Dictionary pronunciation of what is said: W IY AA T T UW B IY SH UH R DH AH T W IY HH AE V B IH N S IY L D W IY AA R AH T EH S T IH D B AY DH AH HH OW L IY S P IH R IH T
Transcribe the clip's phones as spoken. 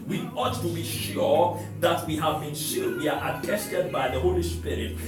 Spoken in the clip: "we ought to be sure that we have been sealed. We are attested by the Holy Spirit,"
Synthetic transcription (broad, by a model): W IY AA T T UW B IY SH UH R DH AH T W IY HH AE V B IH N SH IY D W IY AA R AH T EH S T IH D B AY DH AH HH OW L IY S P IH R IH T